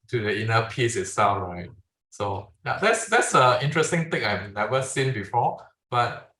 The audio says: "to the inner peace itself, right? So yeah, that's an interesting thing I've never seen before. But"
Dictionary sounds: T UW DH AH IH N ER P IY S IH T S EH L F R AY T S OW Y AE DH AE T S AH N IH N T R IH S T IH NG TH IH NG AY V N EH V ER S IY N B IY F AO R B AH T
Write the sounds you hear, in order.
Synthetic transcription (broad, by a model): T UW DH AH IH N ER P IY S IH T S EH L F R AY T S OW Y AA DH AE T S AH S IH N T R IH S T IH NG T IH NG AY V N EH V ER S IY N B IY F AO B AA T